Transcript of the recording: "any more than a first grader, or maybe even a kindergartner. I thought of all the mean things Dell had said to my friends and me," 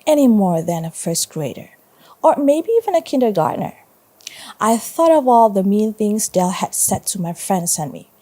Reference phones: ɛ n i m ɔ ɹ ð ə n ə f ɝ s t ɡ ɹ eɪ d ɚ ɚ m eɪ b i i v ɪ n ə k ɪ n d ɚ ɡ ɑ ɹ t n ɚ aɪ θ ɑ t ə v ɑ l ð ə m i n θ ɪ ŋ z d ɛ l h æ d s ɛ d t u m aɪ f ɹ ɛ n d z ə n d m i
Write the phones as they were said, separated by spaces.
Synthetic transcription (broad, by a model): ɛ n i m ɔ ɹ ð ə n ə f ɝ s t ɡ ɹ eɪ d ɚ ɚ m eɪ b i i v ɪ n ə k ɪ n d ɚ ɡ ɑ ɹ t n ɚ aɪ θ ɑ t ə v ɑ l ð ə m i n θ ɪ ŋ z d ɛ l h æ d s ɛ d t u m aɪ f ɹ ɛ n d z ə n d m i